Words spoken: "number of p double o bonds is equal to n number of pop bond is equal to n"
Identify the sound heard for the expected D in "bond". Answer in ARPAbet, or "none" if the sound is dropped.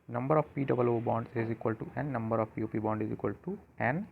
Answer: D